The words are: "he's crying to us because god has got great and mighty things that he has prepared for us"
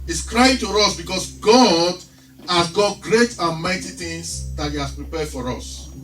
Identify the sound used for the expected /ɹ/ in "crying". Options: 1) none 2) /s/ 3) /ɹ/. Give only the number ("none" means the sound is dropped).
3